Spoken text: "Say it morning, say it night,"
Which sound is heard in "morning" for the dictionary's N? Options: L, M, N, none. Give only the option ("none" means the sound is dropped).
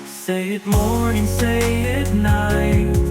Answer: none